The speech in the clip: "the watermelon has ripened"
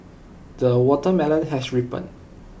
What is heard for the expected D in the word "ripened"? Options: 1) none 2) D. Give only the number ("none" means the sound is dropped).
1